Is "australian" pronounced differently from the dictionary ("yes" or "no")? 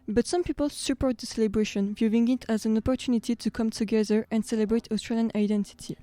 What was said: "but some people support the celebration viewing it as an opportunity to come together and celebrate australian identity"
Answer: no